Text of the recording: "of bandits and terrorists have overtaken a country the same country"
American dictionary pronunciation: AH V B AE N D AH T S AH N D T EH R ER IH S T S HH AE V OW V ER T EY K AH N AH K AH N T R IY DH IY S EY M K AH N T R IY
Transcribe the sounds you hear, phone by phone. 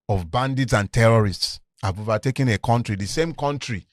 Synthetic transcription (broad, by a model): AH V B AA N D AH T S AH N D T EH R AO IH S T S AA B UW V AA T EY K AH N AH K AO N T R IY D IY S EY M K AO N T R IY